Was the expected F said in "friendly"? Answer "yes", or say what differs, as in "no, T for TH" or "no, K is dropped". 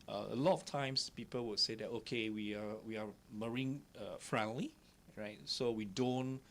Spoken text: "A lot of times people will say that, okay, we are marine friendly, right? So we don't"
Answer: yes